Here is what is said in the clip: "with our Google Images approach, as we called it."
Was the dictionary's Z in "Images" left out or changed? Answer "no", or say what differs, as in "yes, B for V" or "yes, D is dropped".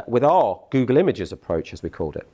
no